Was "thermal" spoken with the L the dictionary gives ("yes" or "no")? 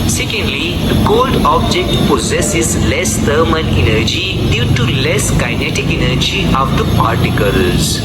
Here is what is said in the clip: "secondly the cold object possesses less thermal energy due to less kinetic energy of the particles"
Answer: no